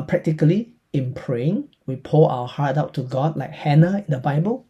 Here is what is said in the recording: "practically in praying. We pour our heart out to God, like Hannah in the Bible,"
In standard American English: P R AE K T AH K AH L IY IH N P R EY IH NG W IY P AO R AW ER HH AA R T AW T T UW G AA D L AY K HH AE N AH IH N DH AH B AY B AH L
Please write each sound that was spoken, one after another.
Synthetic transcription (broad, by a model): P R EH K T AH K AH L IY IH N P R EY IH NG W IY P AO L AW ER HH AA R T AW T T UW G AA D L AY K HH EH N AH IH N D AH B AY B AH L